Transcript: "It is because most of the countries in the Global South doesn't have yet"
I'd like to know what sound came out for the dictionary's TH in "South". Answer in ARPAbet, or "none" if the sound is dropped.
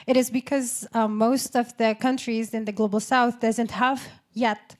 TH